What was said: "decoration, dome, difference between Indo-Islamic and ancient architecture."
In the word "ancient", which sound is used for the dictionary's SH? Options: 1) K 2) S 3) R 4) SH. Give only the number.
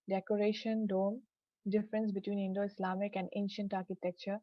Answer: 4